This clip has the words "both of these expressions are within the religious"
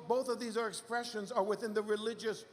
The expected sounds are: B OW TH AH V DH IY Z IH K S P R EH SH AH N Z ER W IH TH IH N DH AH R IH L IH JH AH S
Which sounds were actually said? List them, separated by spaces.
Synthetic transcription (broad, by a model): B OW TH AH V DH IY Z IH K S P R EH SH AH N Z ER W IH TH IH N DH AH R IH L IH JH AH S